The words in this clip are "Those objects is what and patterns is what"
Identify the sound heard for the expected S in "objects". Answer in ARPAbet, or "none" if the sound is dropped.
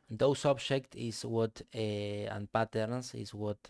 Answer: none